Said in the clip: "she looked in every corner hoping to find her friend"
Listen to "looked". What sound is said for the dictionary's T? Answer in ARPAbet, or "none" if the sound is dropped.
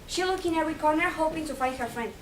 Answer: none